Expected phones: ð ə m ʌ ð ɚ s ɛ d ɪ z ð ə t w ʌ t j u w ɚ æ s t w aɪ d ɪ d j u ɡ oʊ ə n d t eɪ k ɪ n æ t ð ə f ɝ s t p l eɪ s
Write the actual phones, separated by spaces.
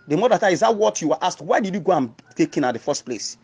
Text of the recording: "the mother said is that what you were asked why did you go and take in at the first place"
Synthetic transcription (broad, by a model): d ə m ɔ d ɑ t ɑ ɪ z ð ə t w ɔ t j u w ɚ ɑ s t w aɪ d ɪ d j u ɡ oʊ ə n t eɪ k ɪ n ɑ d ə f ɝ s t p l eɪ s